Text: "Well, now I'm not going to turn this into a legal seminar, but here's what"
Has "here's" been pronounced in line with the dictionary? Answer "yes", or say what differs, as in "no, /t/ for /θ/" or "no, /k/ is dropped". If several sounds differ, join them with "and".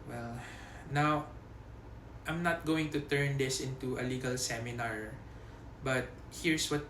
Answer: no, /s/ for /z/